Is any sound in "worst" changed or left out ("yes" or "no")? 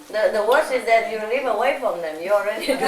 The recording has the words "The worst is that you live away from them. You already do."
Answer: yes